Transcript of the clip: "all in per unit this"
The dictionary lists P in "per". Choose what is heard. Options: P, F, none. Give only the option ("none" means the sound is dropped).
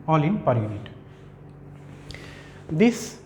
P